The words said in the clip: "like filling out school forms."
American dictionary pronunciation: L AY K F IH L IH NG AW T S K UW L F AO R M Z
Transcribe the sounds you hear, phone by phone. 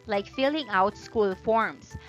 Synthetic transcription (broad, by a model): L AY K F IH L IH NG AW T S K UW L F AO R M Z